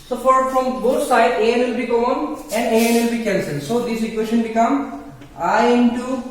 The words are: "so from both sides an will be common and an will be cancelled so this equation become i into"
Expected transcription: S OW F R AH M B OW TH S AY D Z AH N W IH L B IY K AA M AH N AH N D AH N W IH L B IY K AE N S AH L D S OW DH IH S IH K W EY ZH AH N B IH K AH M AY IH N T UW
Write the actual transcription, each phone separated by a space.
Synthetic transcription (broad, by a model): S OW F R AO M B OW T S AY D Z AH N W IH L B IY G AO AH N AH N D AH N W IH L B IY K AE N S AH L S OW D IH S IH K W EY SH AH N B IH K AH M AY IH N T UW